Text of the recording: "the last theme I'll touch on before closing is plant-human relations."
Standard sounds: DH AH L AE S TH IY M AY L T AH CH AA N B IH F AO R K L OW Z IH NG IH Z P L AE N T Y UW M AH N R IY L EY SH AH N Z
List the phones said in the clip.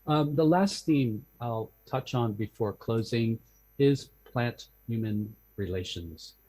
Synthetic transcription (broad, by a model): DH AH L AE S TH IY M AY L T AH CH N B IH F AO R K L OW Z IH NG IH Z P L AE N T Y UW M AH N R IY L EY SH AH N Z